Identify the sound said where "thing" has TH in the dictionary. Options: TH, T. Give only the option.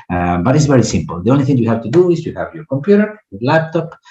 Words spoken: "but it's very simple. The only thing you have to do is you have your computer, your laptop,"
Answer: TH